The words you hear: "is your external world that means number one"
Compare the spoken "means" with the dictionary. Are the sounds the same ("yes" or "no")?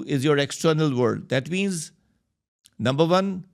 yes